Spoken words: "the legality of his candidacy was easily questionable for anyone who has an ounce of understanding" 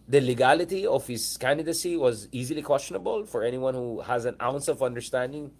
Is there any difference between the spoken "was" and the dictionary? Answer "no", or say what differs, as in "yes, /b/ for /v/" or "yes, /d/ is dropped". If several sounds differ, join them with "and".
no